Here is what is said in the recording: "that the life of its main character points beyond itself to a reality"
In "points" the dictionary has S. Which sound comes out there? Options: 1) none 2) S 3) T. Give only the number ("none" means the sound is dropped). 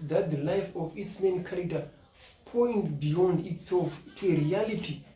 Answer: 1